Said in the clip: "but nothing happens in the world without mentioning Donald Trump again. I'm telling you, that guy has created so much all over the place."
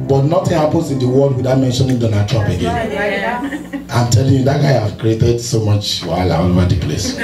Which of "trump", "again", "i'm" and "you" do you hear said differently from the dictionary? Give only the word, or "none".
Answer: trump